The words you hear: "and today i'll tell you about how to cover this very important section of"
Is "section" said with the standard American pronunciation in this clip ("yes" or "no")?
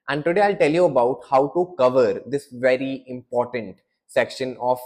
yes